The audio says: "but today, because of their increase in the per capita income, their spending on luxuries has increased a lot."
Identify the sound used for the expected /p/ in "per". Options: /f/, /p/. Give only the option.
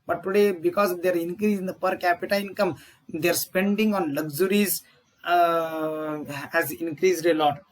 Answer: /p/